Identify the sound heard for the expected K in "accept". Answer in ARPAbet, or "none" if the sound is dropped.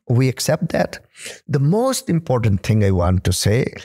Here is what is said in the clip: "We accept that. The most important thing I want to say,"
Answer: K